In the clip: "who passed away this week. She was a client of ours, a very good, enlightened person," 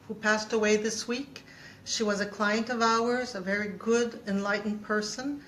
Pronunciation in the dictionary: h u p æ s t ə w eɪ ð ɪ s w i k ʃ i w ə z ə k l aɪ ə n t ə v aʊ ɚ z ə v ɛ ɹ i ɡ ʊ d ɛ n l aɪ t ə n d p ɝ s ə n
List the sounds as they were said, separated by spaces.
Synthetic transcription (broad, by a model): h u p æ s t ə w eɪ ð ɪ s w i k ʃ i w ə z ə k l aɪ ə n t ə v aʊ ɚ z ə v ɛ ɹ i ɡ ʊ d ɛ n l aɪ t n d p ɝ s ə n